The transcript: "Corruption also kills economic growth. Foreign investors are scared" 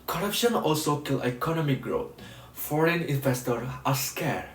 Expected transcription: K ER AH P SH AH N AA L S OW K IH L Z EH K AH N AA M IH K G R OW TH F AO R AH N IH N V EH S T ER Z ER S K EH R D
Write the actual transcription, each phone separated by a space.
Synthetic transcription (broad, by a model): K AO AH P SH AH N AA L S OW K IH L EH K AH N AA M IH K G R OW T F AO R AH N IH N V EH S T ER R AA S K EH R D